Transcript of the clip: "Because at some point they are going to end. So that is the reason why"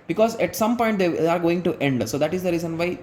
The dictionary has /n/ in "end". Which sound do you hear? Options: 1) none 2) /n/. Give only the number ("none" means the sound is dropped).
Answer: 2